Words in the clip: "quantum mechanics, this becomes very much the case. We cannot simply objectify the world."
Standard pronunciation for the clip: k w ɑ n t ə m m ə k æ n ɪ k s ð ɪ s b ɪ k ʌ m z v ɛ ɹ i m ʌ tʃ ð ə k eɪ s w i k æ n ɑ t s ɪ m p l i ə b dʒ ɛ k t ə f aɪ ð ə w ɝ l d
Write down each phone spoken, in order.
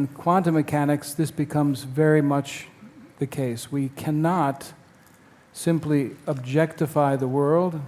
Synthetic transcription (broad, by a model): k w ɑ n t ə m m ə k æ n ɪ k s ð ɪ s b ɪ k ʌ m z v ɛ ɹ i m ʌ tʃ ð ə k eɪ s w i k æ n ɑ t s ɪ m p l i ə b dʒ ɛ k t ə f aɪ ð ə w ɝ l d